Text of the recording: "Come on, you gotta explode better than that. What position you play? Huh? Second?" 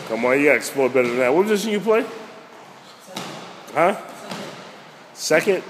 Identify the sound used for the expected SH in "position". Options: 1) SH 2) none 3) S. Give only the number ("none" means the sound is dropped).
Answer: 3